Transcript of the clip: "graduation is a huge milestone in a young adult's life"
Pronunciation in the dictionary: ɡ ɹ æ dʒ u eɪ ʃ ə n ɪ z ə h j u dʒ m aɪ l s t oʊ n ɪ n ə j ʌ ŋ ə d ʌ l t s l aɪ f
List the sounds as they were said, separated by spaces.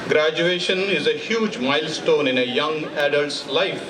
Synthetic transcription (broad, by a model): ɡ ɹ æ dʒ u eɪ ʃ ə n ɪ z ə h j u dʒ m aɪ l s t oʊ n ɪ n ə j ʌ ŋ ə d ʌ l t s l aɪ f